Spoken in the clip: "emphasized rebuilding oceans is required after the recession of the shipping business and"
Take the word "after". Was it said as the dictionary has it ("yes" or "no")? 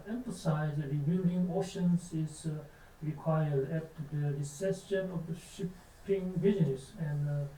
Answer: no